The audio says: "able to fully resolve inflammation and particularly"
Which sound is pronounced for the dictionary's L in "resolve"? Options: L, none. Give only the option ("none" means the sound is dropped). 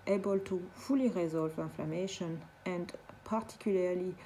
L